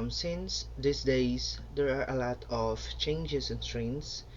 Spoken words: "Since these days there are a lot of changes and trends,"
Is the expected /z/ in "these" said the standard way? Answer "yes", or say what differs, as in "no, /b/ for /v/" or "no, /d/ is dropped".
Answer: no, /s/ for /z/